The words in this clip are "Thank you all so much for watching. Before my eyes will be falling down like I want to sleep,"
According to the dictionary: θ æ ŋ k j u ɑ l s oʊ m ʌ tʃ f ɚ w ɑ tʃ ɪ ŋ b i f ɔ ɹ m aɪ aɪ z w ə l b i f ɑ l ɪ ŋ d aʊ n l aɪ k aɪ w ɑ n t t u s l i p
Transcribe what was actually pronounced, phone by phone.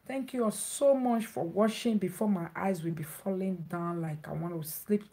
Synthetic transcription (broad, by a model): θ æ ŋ k j u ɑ s oʊ m ʌ tʃ f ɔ w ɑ ʃ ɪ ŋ b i f ɔ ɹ m aɪ aɪ z w ə l b i f ɑ l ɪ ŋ d aʊ n l aɪ k aɪ w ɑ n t t u s l i p